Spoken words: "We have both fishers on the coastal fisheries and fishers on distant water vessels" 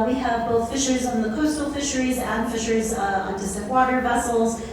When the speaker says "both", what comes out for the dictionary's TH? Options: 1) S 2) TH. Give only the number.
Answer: 2